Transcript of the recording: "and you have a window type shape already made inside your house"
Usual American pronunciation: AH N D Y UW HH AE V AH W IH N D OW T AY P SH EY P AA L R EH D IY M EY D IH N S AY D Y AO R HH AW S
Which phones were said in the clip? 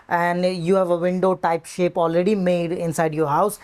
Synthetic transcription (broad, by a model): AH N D Y UW HH AE V AH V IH N D OW T AY P SH EY P AA L R EH D IY M EY D IH N S AY D Y AO R HH AW S